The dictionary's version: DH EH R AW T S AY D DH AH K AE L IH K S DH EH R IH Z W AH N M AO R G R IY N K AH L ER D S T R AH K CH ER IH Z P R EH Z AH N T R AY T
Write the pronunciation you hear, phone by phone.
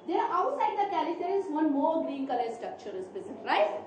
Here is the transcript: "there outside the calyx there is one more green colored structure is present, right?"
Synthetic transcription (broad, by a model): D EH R AW T S AY D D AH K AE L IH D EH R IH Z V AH N M AO R G R IY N K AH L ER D S T R AH K CH ER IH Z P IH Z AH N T R AY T